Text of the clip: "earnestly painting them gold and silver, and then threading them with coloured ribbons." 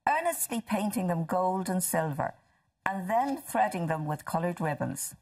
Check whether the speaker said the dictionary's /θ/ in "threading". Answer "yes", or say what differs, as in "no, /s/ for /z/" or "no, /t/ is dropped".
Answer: yes